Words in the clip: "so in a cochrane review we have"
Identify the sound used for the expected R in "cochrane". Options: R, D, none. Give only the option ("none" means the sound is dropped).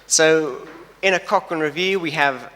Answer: none